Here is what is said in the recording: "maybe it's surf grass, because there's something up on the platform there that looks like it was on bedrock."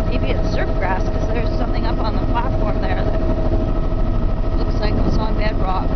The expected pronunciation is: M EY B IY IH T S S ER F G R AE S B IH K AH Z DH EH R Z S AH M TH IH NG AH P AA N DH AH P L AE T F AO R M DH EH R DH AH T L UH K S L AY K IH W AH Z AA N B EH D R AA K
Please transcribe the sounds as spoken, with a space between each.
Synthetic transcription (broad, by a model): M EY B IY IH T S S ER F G R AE S K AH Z DH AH R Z S AH M TH IH NG AH P N DH AH P L AE T F AO R M DH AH R DH AH T L UH K S L AY K IH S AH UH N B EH D R AA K